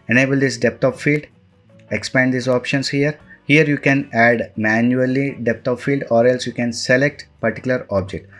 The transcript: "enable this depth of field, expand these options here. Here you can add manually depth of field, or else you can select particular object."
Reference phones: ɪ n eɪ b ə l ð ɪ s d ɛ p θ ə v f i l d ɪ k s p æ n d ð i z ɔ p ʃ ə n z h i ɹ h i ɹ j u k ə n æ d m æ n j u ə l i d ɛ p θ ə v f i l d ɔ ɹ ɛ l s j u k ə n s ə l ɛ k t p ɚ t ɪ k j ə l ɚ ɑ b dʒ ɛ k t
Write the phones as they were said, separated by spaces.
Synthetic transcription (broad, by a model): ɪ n eɪ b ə l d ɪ s d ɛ p t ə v f i l d ɪ k s p æ n d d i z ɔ p ʃ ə n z h i ɹ h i ɹ j u k ə n æ d m æ n j u ə l i d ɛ p t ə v f i l d ɔ ɹ ɛ l s j u k ə n s ə l ɛ k t p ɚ t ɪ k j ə l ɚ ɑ b dʒ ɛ k t